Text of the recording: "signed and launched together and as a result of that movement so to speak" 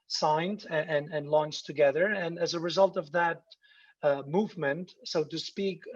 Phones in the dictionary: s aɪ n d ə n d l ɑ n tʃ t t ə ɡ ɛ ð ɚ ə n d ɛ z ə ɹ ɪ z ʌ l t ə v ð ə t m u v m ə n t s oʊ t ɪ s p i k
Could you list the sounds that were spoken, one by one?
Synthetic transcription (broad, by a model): s aɪ n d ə n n l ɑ n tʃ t t ə ɡ ɛ ð ɚ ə n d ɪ z ə ɹ ɪ z ʌ l t ə v ð ə t m u v m ə n t s oʊ t ɪ s p i k